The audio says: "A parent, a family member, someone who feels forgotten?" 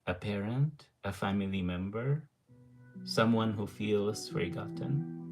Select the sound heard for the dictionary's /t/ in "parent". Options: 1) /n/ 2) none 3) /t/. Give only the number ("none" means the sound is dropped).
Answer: 3